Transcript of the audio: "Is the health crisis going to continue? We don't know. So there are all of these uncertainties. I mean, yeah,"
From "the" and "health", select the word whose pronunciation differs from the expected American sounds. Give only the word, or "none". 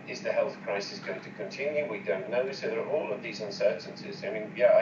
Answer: none